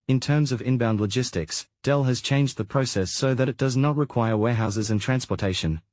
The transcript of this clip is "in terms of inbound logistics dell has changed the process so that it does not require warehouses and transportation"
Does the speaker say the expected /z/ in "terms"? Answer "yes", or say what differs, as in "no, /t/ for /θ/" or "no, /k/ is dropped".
yes